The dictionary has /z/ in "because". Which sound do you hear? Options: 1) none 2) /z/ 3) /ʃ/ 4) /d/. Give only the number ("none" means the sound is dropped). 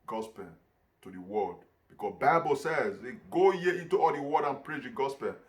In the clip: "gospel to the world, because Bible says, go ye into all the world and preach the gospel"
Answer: 1